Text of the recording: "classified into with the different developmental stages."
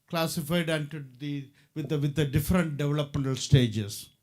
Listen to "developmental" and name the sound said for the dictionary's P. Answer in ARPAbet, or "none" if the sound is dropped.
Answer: P